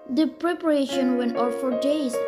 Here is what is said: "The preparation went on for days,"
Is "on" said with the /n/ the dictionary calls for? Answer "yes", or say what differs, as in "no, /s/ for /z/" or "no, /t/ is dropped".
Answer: no, /l/ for /n/